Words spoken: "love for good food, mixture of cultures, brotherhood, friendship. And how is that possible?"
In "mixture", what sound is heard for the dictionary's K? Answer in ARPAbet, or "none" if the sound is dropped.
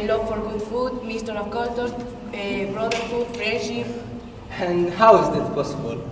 none